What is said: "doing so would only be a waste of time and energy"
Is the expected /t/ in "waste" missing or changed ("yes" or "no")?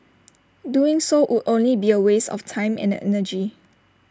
yes